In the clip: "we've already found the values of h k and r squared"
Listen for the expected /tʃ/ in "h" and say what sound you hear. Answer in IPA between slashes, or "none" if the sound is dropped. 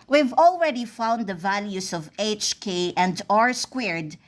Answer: /tʃ/